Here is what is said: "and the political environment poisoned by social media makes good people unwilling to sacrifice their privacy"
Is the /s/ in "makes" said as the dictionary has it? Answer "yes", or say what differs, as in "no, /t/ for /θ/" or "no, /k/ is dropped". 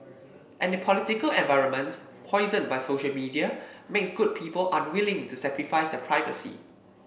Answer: yes